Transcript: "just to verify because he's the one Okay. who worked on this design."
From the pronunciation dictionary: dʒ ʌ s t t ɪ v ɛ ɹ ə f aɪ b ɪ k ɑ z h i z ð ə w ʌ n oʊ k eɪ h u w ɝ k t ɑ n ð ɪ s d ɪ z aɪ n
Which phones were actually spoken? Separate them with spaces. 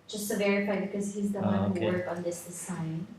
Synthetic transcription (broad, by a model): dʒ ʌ s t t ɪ v ɛ ɹ ə f aɪ b ɪ k ɑ z h i z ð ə w ʌ n h u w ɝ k ɑ n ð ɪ s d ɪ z aɪ n